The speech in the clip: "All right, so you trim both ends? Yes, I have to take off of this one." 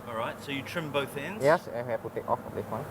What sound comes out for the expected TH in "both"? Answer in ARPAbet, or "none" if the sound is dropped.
TH